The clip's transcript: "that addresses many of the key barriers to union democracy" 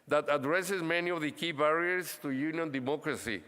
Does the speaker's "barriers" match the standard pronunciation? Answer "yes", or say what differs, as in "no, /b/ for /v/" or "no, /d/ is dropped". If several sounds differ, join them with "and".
no, /s/ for /z/